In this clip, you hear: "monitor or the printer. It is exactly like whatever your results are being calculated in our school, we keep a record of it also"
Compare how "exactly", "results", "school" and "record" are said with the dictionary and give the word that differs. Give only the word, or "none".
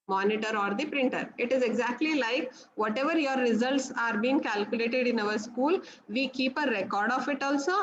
none